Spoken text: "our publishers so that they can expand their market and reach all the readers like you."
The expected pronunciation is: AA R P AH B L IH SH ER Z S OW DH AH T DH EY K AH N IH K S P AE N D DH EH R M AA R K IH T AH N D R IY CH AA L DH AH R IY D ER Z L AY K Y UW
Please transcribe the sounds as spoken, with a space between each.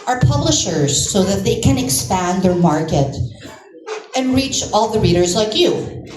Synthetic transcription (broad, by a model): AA R P AH B L IH SH ER Z S OW DH AH T DH EY K AH N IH K S P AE N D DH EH R M AA R K IH T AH N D R IY CH AA L DH AH R IY D ER Z L AY K Y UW